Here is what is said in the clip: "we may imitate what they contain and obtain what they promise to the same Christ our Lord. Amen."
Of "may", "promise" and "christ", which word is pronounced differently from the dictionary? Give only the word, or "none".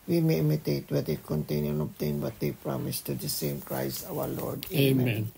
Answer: christ